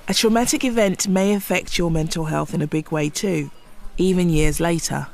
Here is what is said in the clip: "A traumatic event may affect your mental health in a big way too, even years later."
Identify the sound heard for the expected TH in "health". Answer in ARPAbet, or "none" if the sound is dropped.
TH